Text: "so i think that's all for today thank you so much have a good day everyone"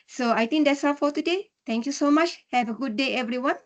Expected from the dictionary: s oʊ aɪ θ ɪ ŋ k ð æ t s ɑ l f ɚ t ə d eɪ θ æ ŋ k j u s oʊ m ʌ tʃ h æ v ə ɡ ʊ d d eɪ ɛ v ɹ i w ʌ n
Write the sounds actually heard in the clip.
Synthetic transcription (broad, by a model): s oʊ aɪ t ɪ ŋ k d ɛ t s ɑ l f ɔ t ə d eɪ t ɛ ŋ k j u s oʊ m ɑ tʃ h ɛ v ə ɡ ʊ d d eɪ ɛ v ɹ i w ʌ n